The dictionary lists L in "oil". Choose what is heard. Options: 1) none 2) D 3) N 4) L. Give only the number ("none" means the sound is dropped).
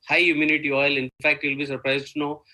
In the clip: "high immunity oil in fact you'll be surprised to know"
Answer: 4